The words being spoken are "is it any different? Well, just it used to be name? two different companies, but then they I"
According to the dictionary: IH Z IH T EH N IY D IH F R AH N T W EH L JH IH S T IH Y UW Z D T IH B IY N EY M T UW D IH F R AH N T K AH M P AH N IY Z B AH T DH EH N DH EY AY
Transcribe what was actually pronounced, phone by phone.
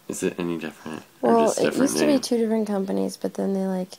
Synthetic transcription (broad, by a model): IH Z IH T EH N IY D IH F R AH N T W EH L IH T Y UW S T IH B IY T UW D IH F R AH N K AH M P AH N IY Z B AH T DH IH N DH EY AY